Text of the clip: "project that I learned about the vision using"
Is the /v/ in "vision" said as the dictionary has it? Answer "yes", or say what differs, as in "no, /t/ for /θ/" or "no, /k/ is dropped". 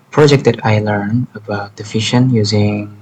no, /f/ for /v/